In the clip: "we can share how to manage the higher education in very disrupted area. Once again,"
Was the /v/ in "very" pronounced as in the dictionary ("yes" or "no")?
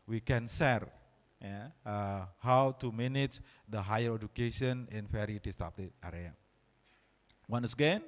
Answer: no